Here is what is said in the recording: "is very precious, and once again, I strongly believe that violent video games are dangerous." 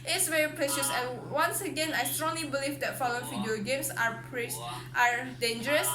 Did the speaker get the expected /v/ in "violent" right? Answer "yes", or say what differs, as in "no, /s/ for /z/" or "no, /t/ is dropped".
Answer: no, /f/ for /v/